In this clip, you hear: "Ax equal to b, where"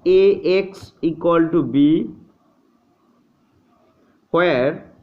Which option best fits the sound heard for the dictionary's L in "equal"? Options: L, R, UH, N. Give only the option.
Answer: L